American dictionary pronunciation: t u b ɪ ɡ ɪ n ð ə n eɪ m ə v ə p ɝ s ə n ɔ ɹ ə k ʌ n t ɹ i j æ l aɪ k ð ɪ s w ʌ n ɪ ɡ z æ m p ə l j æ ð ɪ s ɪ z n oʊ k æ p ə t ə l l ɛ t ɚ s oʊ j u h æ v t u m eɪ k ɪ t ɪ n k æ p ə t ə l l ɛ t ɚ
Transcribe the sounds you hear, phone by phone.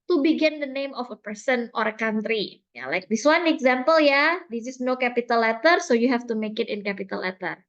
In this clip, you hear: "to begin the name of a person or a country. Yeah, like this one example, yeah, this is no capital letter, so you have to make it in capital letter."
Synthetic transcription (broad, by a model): t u b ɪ ɡ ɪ n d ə n eɪ m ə f ə p ɝ s ə n ɔ ɹ ə k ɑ n t ɹ i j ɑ l aɪ k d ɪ s w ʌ n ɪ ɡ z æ m p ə l j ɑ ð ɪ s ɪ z n oʊ k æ p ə t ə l l ɛ t ɚ s oʊ j u h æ f t u m eɪ k ɪ t ɪ n k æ p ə t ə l l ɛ t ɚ